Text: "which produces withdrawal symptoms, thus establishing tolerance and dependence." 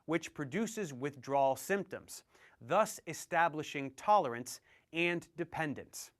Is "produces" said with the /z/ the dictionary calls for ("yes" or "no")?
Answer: yes